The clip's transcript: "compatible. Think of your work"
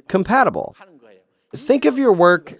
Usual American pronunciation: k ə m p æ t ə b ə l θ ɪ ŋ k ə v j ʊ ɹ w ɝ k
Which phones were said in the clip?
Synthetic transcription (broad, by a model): k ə m p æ t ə b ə l θ ɪ ŋ k ə v j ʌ ɹ w ɝ k